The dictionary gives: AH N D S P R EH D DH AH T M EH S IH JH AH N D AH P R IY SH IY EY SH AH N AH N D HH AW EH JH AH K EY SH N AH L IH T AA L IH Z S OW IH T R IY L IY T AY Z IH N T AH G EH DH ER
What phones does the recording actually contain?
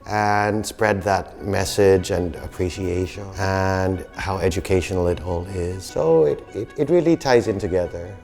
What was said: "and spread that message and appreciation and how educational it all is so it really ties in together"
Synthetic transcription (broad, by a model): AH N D S P R EH D DH AH T M EH S IH JH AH N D AH P R IY SH IY EY SH AH N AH N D HH AW EH JH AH K EY SH N L IH T AA L IH Z S OW IH T R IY L IY T AY Z IH N T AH G EH DH ER